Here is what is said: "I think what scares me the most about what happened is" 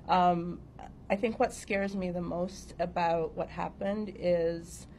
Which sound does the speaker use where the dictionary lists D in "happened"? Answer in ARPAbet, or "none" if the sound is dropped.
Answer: D